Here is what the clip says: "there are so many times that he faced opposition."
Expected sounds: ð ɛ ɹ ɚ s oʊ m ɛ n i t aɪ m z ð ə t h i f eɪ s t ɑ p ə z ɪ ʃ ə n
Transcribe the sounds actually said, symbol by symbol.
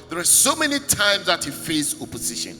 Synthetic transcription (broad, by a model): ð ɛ ɹ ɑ s oʊ m ɛ n i t aɪ m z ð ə t h i f eɪ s ɑ p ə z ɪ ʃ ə n